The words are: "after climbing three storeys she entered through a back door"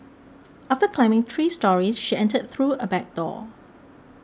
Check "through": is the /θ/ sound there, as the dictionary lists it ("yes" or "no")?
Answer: yes